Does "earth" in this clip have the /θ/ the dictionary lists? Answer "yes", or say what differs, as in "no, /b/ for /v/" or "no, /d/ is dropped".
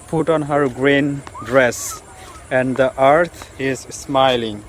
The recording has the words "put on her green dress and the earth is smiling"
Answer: no, /t/ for /θ/